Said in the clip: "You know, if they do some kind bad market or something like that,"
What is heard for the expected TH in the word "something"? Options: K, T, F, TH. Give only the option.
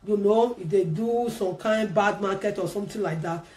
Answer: T